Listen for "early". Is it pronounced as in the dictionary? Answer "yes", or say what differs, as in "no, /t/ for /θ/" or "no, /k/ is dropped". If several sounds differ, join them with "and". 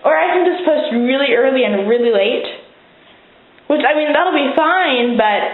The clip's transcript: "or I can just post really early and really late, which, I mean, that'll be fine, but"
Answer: yes